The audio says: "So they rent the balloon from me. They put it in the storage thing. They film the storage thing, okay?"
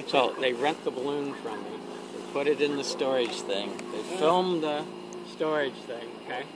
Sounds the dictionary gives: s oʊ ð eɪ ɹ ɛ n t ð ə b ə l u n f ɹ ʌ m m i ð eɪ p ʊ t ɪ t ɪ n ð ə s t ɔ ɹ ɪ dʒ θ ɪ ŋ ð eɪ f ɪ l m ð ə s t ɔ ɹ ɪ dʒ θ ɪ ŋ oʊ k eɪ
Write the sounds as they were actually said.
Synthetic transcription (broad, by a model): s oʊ ð eɪ ɹ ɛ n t ð ə b ə l u n f ɹ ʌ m m i ð eɪ p ʊ t ɪ t ɪ n ð ə s t ɔ ɹ ɪ dʒ θ ɪ ŋ ð eɪ f ɪ l m ð ə s t ɔ ɹ ɪ dʒ θ ɪ ŋ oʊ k eɪ